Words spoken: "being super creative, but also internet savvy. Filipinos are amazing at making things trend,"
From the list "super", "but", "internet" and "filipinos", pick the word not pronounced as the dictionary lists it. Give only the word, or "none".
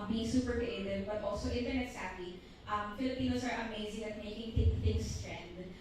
filipinos